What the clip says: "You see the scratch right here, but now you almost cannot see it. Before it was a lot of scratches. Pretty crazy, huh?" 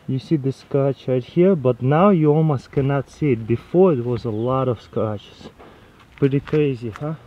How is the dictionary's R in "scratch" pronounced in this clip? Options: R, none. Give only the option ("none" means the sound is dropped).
none